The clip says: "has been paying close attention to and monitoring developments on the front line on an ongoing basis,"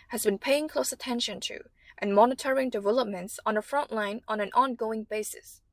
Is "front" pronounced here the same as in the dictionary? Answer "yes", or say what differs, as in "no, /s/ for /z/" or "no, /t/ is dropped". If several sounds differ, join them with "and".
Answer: yes